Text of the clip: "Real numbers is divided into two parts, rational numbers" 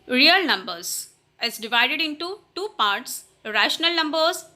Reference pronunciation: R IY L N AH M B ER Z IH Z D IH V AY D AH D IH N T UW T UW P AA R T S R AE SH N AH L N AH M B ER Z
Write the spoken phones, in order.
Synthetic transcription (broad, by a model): R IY L N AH M B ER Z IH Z D IH V AY D AH D IH N T UW T UW P AA R T S R AE SH N AH L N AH M B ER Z